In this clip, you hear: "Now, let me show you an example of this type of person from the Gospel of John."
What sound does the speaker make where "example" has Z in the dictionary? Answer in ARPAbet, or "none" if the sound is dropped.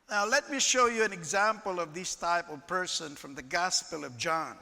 Z